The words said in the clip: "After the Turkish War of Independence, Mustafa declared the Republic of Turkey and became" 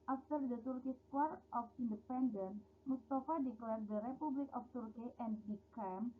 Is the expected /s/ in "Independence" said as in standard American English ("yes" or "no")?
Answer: no